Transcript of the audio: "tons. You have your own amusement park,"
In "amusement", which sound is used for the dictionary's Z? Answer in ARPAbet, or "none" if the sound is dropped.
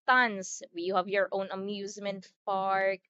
Z